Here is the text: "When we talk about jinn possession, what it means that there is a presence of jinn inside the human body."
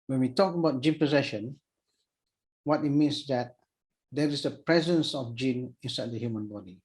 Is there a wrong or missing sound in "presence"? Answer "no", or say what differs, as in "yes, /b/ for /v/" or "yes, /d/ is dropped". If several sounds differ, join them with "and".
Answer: no